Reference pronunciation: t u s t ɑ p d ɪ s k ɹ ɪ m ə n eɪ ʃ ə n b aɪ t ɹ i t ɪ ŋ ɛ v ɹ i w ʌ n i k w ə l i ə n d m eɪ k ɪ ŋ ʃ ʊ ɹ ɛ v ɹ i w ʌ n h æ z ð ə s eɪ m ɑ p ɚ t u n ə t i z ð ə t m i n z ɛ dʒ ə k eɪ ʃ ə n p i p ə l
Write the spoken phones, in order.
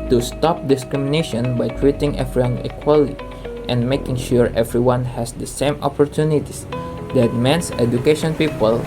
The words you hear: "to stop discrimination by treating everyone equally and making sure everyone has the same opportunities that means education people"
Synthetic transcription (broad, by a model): t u s t ɑ p d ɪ s k ɹ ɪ m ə n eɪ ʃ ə n b aɪ t ɹ i t ɪ ŋ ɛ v ɹ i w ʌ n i k w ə l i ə n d m eɪ k ɪ ŋ ʃ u ɹ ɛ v ɹ i w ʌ n h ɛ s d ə s eɪ m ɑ p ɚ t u n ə t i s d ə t m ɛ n s ɛ dʒ ə k eɪ ʃ ə n p i p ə l